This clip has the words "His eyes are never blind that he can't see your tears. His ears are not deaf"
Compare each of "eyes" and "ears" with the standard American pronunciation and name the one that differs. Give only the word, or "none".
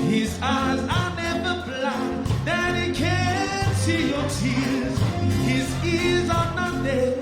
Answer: none